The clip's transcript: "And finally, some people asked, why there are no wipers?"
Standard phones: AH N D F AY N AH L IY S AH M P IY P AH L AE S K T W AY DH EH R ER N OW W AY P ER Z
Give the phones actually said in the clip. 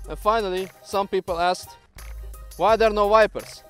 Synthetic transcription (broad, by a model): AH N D F AY N AH L IY S AH M P IY P AH L AE S K T W AY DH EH R N OW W AY P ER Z